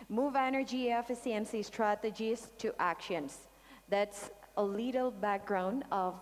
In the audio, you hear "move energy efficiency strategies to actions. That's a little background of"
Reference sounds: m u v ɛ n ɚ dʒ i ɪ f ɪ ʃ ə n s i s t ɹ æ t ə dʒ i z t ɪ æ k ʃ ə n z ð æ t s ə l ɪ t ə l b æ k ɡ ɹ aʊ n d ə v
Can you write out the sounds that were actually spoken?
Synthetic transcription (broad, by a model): m u v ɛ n ɚ dʒ i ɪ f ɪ s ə n s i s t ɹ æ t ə dʒ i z t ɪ æ k ʃ ə n z ð æ t s ə l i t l b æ k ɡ ɹ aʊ n ə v